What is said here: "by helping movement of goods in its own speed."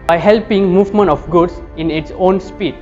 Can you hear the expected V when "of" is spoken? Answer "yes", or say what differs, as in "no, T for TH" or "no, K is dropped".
no, F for V